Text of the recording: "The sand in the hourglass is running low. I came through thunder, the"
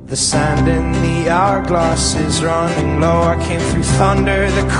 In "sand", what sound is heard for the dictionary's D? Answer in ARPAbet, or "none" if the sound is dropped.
D